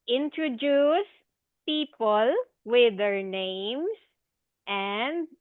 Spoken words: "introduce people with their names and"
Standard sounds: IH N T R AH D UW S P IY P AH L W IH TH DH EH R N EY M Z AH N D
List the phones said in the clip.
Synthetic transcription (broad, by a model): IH N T R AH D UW S P IY P AH L W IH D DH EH R N EY M S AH N D